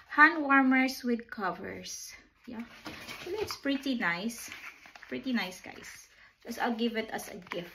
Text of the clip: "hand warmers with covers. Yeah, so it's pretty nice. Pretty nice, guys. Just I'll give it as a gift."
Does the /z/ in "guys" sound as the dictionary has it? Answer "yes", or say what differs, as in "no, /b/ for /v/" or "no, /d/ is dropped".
no, /s/ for /z/